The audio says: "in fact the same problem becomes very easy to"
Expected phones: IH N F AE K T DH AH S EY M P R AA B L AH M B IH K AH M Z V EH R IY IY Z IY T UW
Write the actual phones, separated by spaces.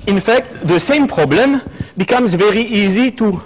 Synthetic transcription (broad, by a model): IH N F AE K T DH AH S EY M P R AA B L AH M B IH K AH M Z V EH R IY IY Z IY T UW